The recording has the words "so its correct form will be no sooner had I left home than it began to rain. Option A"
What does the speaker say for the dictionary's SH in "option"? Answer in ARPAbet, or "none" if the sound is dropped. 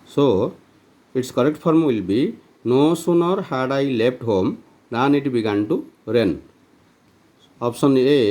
S